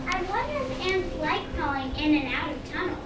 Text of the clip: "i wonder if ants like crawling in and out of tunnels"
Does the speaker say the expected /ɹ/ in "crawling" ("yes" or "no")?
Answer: no